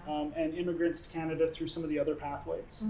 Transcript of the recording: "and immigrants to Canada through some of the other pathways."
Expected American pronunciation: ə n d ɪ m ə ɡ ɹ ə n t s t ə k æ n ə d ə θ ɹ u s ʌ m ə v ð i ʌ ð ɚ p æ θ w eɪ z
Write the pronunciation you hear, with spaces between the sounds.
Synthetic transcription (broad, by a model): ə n ɪ m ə ɡ ɹ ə n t s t k æ n ə d ə θ ɹ u s ʌ m ə v ð i ʌ ð ɚ p æ θ w eɪ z